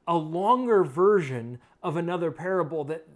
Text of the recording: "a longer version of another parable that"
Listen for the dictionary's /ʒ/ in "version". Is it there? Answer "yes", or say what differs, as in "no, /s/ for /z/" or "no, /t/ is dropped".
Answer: yes